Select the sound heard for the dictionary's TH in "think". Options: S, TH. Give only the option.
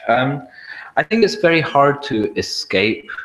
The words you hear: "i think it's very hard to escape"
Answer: TH